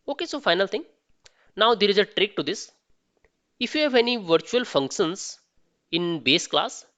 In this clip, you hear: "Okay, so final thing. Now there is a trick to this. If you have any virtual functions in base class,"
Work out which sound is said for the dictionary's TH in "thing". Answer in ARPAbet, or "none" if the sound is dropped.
T